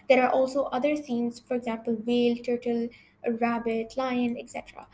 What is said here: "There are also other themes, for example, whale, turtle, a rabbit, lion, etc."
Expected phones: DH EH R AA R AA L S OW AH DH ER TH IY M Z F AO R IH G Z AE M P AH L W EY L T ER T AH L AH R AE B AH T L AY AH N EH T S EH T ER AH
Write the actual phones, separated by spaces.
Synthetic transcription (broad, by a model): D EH R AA R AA L S OW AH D ER S IY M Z F AO R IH G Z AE M P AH L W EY L T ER T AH L R AE B AH T L AY AH N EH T S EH T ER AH